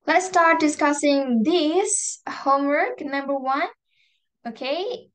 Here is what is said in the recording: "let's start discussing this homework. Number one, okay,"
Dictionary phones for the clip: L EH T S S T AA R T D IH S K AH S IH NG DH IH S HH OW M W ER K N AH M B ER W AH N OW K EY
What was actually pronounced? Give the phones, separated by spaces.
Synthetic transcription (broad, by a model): L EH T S S T AA R T D IH S K AH S IH NG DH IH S HH OW M W ER K N AH M B ER W AH N OW K EY